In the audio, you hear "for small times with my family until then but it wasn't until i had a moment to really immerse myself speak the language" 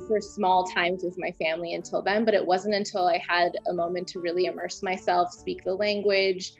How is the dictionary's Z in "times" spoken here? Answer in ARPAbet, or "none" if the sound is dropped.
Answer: Z